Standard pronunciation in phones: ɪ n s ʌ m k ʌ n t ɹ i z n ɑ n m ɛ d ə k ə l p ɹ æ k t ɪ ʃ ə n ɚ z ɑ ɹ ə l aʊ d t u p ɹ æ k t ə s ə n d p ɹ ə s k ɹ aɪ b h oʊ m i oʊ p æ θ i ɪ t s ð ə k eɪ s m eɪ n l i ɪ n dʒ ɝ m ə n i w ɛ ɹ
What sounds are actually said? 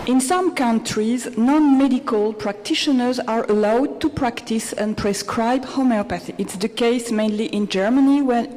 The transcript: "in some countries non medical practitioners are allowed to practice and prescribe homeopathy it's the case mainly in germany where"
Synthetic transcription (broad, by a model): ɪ n s ʌ m k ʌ n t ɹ i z n ɑ n m ɛ d ə k ə l p ɹ æ k t ɪ ʃ ə n ɚ z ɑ ɹ ə l aʊ d t u p ɹ æ k t ə s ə n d p ɹ ə s k ɹ aɪ b h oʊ m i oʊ p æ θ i ɪ t s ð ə k eɪ s m eɪ n l i ɪ n dʒ ɝ m ə n i w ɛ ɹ